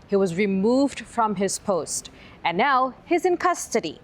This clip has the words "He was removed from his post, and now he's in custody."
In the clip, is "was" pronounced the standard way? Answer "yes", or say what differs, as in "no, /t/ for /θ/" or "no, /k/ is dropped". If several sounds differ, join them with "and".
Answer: yes